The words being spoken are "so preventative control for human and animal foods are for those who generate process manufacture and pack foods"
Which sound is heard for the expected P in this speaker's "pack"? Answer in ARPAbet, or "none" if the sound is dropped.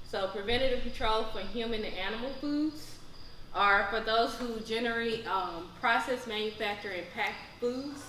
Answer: P